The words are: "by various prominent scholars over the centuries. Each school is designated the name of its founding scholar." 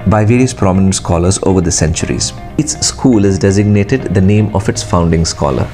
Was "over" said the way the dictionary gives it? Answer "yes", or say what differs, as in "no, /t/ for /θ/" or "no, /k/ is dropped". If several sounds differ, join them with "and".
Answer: yes